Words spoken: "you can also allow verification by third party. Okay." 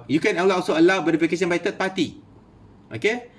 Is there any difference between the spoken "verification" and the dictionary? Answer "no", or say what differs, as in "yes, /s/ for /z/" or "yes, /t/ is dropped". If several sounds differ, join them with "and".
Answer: yes, /b/ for /v/